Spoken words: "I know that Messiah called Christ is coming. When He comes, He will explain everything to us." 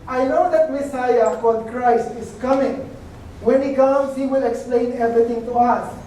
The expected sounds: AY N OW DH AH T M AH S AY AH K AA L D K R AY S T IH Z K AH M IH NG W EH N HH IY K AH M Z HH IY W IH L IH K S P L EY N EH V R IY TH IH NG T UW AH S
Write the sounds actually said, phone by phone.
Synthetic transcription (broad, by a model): AY N OW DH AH T M AH S AY AH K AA D K R AY S T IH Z K AH M IH NG W EH N HH IY K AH M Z HH IY W IH L IH K S P L EY N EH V R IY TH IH NG T UW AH S